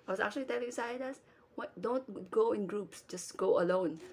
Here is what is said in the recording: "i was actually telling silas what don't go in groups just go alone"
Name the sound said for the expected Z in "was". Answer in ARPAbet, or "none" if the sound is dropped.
S